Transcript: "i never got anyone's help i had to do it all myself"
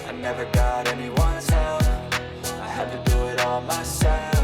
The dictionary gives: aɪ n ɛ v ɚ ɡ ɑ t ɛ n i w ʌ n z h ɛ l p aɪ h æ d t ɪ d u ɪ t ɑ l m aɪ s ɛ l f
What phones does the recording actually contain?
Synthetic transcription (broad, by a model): aɪ n ɛ v ɚ ɡ ɑ t ɛ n i w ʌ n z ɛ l aɪ h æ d t ɪ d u ɪ t ɑ l m aɪ s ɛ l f